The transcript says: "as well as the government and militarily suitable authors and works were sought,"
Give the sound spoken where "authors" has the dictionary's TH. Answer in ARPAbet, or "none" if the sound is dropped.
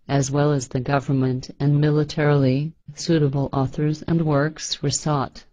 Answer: TH